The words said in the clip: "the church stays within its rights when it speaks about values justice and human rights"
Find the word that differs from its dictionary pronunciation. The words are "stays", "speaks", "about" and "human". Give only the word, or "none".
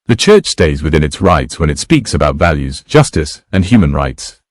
none